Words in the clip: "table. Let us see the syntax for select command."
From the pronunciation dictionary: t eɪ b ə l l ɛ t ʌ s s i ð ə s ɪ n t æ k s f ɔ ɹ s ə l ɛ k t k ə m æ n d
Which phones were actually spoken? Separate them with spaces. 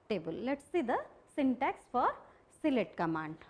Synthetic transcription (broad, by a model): t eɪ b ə l l ɛ t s s i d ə s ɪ n t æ k s f ɔ ɹ s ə l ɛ t k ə m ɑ n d